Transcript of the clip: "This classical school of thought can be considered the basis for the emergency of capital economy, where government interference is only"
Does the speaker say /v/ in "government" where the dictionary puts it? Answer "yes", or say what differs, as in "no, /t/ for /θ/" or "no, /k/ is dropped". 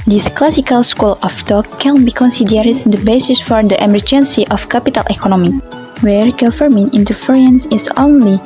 no, /f/ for /v/